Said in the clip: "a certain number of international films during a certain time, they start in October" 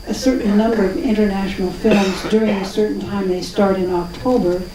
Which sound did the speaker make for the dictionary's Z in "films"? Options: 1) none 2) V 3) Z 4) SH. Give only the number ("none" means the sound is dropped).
3